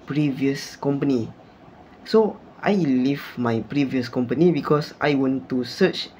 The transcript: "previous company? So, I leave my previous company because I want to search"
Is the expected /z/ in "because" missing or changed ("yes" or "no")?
yes